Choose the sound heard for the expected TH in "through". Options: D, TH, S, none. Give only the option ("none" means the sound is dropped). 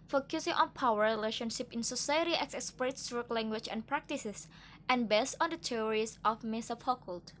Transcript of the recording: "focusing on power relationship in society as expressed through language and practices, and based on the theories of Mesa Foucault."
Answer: S